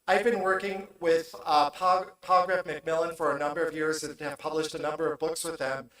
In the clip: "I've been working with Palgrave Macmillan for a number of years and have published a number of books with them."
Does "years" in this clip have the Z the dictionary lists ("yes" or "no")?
yes